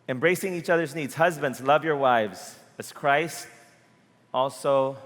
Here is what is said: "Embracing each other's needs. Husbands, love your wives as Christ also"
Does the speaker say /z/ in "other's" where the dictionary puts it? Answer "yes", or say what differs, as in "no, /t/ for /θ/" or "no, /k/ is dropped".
yes